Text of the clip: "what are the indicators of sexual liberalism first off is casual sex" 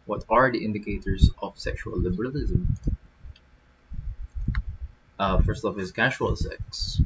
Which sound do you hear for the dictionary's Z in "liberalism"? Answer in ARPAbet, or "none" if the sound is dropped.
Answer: Z